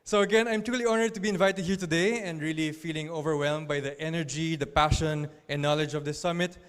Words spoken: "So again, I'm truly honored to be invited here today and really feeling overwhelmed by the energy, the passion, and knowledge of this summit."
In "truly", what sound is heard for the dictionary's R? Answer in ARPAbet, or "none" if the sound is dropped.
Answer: none